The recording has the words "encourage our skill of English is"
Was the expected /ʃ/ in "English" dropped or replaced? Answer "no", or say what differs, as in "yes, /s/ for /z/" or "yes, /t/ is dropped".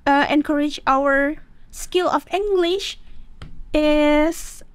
no